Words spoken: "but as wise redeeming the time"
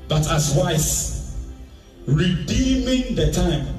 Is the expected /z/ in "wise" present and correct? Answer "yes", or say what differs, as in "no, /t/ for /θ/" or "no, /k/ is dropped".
no, /s/ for /z/